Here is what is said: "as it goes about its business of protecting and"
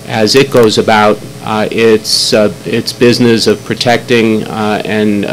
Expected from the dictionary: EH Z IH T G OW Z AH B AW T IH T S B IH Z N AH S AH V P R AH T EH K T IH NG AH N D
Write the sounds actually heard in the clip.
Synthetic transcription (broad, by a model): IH Z IH T G OW Z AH B AW T IH T S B IH Z N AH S AH V P R AH T EH K T IH NG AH N